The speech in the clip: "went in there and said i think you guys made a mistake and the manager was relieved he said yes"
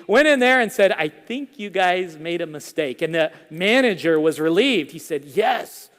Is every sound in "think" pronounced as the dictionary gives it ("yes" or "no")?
yes